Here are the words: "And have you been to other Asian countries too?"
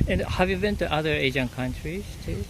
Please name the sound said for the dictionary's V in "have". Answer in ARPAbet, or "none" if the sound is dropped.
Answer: V